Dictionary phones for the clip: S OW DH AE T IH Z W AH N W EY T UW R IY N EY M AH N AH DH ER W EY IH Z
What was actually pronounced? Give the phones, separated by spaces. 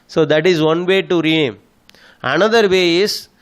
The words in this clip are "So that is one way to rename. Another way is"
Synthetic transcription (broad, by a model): S OW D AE T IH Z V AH N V EY T UW R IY EY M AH N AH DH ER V EY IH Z